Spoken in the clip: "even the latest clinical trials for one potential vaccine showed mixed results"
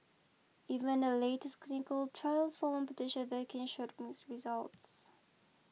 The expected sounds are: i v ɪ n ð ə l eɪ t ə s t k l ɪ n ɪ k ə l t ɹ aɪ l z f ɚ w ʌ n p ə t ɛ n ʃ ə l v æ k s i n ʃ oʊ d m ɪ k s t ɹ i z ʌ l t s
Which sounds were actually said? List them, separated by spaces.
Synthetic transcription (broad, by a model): i v ɪ n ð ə l eɪ t ə s t k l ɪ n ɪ k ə l t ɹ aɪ l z f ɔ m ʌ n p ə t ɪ ʃ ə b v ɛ k i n ʃ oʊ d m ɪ s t ɹ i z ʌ l t s